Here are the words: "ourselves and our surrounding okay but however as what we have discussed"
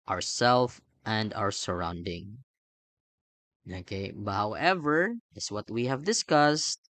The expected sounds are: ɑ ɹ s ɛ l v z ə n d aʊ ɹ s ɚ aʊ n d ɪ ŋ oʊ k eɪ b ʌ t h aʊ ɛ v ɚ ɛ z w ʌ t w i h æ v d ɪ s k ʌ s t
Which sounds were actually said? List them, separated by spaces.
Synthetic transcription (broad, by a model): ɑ ɹ s ɛ l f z ə n d aʊ ɹ s ɚ aʊ n d ɪ ŋ oʊ k eɪ b ʌ t h aʊ ɛ v ɚ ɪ s w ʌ t w i h æ v d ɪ s k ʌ s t